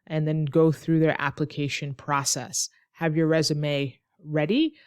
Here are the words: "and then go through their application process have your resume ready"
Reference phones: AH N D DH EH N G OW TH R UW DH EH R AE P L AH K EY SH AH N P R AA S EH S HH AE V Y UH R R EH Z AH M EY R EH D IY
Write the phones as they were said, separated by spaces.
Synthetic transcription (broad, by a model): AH N DH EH N G OW TH R UW DH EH R AE P L AH K EY SH AH N P R AA S EH S HH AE V Y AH R R EH Z AH M EY R EH D IY